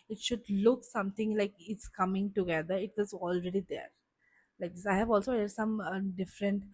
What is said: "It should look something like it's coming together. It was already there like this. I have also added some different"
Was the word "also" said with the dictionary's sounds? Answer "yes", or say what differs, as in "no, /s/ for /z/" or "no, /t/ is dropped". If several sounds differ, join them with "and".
yes